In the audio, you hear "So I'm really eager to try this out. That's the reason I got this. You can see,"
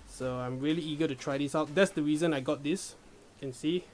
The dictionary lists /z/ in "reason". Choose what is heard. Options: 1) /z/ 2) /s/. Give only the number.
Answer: 1